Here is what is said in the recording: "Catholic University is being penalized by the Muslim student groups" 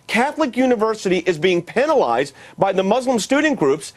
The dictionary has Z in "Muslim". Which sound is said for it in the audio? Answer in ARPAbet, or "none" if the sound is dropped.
Z